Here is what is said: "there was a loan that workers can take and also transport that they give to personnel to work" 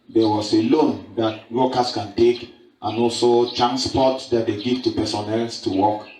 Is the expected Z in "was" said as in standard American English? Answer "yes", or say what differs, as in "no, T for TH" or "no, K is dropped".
no, S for Z